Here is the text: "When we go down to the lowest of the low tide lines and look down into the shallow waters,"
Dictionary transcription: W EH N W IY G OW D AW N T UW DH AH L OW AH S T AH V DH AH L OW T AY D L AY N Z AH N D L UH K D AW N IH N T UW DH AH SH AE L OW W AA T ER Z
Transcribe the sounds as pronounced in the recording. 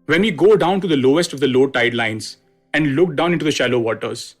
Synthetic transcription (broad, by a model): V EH N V IY G OW D AW N T UW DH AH L OW AH S T AH V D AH L OW T AY D L AY N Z AH N D L UH K D AW N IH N T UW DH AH SH AE L OW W AA T ER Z